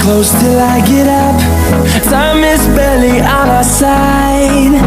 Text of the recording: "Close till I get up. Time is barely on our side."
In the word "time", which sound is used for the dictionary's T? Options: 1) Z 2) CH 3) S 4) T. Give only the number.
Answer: 3